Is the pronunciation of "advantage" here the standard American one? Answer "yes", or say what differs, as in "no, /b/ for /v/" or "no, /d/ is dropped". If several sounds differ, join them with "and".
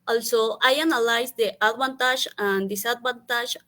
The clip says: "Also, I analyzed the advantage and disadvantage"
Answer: no, /b/ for /v/ and /ʒ/ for /dʒ/